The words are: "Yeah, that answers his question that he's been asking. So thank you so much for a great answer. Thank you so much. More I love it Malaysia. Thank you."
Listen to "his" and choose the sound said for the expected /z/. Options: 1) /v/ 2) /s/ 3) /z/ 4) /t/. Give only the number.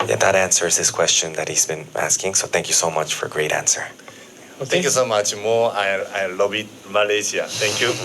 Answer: 2